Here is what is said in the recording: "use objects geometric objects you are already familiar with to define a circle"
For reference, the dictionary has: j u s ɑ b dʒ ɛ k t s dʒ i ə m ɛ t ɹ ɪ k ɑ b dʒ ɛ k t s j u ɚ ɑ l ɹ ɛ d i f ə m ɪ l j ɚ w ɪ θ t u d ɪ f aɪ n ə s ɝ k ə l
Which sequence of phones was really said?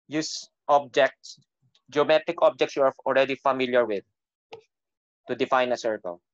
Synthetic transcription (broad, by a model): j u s ɑ b dʒ ɛ k t s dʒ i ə m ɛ t ɪ k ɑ b dʒ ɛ k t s j u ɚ ɑ l ɹ ɛ d i f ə m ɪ l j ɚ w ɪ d t u d ɪ f aɪ n ə s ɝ k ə l